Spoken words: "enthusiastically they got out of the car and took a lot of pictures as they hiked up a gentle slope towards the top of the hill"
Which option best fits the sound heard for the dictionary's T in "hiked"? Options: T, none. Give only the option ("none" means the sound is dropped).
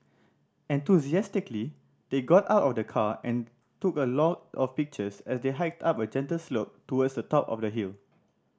T